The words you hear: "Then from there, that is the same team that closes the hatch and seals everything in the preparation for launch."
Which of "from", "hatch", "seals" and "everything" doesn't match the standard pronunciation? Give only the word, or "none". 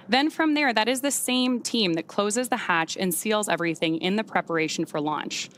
none